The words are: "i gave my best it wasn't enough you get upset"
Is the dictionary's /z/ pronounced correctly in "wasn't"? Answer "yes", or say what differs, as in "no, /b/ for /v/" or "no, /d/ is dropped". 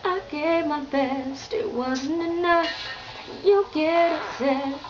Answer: yes